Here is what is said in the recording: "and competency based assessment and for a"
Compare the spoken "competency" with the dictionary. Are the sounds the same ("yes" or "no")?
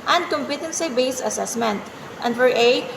yes